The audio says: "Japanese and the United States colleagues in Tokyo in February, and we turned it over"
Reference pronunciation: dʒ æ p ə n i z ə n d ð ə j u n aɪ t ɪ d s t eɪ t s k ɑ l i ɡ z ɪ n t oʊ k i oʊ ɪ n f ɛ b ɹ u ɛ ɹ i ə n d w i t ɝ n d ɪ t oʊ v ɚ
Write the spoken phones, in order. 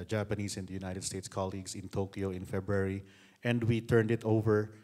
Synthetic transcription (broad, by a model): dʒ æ p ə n i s ə n d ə j u n aɪ t ɪ d s t eɪ t s k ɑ l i ɡ s ɪ n t oʊ k i oʊ ɪ n f ɛ b ɹ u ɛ ɹ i ə n d w i t ɝ n d ɪ t oʊ v ɚ